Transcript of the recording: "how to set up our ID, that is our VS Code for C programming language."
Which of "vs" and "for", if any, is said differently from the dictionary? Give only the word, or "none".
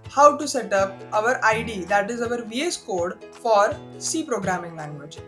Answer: none